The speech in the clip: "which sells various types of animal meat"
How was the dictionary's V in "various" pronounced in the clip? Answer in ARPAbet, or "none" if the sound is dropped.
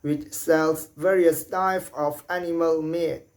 V